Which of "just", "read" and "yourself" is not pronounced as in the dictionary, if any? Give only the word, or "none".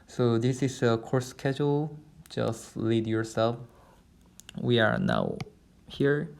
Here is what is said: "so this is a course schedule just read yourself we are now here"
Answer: read